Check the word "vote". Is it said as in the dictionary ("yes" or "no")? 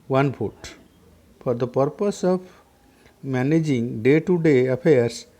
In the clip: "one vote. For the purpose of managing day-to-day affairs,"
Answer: no